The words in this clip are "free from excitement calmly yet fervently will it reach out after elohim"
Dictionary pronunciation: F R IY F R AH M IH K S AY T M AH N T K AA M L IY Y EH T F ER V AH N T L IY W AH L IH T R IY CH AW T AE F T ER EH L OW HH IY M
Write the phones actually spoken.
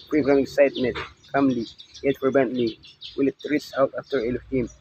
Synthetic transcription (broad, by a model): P R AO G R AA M IH K S AY T M AH N T K AA M L IY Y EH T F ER B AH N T L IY W AH L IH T R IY S AW T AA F T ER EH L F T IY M